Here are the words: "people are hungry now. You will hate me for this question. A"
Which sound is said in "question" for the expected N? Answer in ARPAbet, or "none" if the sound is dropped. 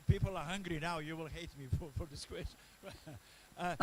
none